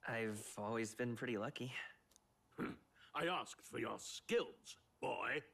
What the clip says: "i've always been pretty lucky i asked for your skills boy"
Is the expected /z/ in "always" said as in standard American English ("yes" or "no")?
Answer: yes